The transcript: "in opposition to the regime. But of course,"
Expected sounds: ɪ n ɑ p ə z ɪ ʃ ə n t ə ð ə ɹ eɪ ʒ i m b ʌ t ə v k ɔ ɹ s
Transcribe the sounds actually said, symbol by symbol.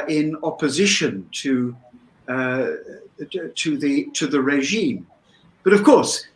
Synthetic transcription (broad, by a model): ɪ n ɑ p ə z ɪ ʃ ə n t ə ð ə ɹ eɪ ʒ i m b ʌ t ə v k ɔ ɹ s